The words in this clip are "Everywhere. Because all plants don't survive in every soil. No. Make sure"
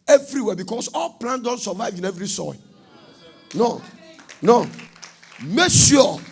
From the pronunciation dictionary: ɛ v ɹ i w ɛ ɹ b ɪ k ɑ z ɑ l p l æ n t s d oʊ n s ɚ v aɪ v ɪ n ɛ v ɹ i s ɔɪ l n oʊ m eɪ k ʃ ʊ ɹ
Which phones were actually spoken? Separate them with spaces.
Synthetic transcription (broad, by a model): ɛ v ɹ i w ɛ b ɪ k ɑ s ɑ l p l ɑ n d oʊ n s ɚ v aɪ v ɪ n ɛ v ɹ i s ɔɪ n n oʊ m eɪ k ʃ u